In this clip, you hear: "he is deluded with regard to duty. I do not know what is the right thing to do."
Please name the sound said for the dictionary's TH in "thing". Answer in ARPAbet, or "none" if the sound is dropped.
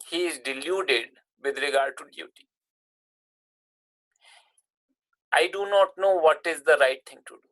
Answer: T